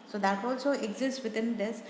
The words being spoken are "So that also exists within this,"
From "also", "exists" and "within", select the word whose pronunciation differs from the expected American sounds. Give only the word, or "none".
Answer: within